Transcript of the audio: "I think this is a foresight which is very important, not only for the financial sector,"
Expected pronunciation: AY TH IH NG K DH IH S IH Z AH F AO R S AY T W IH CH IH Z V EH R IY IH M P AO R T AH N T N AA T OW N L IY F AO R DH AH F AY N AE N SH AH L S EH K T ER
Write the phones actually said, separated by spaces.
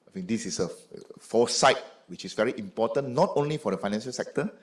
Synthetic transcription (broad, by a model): AY F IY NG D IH S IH S AH F AO S AY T W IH CH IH S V EH R IY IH M P AO T AH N N AA T OW N L IY F AO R AH F AY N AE N SH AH L S EH K T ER